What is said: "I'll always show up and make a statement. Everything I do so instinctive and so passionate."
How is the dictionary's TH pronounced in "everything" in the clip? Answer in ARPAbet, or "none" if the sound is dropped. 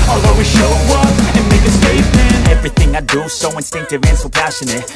TH